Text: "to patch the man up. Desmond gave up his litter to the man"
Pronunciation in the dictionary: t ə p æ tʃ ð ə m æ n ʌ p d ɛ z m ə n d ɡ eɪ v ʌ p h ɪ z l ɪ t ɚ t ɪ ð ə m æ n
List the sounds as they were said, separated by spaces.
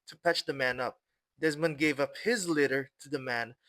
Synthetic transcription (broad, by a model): t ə p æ tʃ ð ə m æ n ʌ p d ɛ z m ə n ɡ eɪ v ʌ p h ɪ z l ɪ t ɚ t ɪ ð ə m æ n